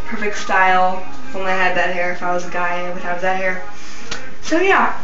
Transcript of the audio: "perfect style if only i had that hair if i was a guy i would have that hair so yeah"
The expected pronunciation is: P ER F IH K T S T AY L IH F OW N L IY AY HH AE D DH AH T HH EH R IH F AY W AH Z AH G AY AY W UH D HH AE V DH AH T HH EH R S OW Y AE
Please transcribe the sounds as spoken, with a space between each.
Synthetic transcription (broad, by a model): P ER F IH K T S T AY L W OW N IY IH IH D DH AH T HH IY R IH F AY W AH Z AH G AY AY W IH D HH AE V DH AH T HH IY R S OW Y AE